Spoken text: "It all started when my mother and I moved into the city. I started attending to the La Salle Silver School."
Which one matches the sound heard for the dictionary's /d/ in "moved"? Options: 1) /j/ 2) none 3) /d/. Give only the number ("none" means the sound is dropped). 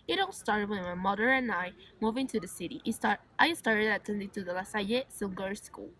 2